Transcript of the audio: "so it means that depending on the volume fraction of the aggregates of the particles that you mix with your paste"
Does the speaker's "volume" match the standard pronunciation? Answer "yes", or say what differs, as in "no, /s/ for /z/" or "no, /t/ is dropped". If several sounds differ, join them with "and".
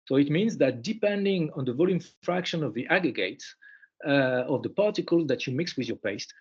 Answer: yes